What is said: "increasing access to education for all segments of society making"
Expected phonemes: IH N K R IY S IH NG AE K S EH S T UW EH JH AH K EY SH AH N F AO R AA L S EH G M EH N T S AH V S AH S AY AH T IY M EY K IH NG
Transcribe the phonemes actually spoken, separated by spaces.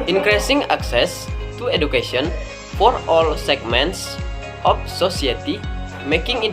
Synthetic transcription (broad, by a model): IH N K R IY S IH NG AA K S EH S T UW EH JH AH K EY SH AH N F AO R AA L S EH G M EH N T S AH F S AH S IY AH T IY M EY K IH NG